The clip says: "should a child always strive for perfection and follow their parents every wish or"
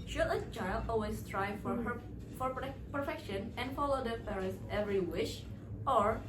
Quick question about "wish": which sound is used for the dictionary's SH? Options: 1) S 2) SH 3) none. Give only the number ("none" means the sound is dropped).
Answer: 2